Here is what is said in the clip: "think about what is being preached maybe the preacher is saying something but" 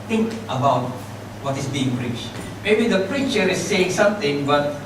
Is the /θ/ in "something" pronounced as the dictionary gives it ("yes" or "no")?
no